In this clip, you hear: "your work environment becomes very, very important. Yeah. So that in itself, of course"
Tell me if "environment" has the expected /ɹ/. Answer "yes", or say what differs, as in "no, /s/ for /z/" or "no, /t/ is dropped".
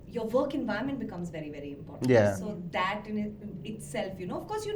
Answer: no, /ɹ/ is dropped